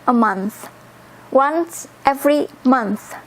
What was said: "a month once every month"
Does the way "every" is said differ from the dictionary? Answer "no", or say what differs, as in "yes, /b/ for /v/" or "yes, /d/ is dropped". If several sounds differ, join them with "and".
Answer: no